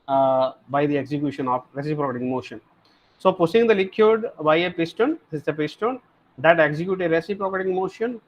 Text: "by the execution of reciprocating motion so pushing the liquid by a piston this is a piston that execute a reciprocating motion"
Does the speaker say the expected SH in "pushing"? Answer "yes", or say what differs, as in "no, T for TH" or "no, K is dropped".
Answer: no, S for SH